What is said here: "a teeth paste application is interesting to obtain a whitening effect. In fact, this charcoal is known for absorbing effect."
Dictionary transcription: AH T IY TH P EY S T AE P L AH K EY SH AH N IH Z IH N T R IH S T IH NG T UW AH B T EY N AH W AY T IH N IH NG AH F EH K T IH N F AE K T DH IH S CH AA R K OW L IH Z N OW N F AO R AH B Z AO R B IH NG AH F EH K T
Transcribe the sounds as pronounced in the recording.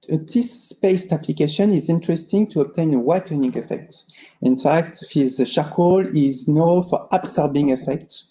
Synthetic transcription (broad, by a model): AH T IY S P EY S T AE P L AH K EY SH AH N IH Z IH N T R IH S T IH NG T UW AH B T EY N AH W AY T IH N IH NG AH F EH K T IH N F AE K T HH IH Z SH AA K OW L IH Z N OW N F AO R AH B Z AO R B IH NG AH F EH K T